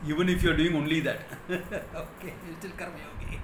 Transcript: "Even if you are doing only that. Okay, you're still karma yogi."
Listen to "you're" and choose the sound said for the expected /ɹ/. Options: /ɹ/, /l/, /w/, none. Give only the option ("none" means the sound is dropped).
/l/